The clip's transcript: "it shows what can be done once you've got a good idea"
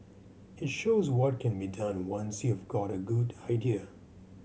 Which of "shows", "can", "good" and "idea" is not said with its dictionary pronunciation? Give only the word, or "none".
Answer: none